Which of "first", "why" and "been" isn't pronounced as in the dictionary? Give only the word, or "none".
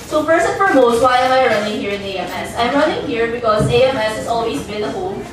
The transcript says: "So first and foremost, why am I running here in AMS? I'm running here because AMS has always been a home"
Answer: first